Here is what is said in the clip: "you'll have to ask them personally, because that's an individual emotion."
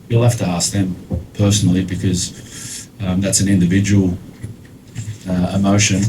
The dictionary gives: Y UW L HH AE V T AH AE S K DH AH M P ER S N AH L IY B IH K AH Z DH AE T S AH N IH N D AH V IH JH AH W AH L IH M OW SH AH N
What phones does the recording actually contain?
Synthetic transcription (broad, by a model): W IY L HH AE F T AH AE S K DH AH M P ER S N L IY B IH K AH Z DH AE T S AH N IH N D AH V IH JH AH W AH L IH M OW SH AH N